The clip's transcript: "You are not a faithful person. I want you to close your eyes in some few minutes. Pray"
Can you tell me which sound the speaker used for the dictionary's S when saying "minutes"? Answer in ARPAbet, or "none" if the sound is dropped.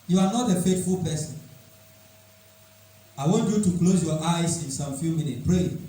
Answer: none